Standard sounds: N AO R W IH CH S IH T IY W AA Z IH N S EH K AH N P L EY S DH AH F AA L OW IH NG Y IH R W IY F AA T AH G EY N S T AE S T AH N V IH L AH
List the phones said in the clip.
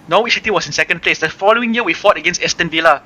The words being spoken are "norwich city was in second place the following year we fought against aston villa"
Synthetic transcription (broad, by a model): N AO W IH S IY T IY W AA S IH N S EH K AH N P L EY S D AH F AA L OW IH NG Y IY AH W IY F AA T AH G EY N S T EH S T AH N V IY L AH